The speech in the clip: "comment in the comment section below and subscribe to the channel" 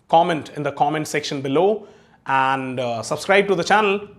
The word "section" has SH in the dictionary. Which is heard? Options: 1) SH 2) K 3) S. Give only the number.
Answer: 1